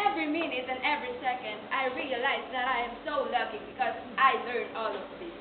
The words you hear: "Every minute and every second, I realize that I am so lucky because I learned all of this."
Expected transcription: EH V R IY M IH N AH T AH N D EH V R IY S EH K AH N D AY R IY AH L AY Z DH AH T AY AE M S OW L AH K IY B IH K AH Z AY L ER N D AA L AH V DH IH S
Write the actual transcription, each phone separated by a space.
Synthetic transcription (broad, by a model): EH V R IY M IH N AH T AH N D EH V R IY S EH K AH N D AY R IY AH L AY Z DH AH T AY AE M S OW L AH K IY B IH K AH Z AY L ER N AA L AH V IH